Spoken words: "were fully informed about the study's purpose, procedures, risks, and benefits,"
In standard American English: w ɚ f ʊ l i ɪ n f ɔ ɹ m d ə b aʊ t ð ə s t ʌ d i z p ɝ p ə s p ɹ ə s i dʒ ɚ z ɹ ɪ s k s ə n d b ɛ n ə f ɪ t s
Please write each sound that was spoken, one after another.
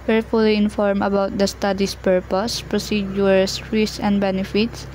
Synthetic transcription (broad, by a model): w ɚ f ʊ l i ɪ n f ɔ ɹ m ə b aʊ t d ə s t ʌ d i s p ɝ p ə s p ɹ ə s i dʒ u ɹ s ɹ s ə n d b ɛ n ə f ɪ t s